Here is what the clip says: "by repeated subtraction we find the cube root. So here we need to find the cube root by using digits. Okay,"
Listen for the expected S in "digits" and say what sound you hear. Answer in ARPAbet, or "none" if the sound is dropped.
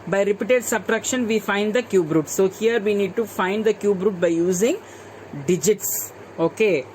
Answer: S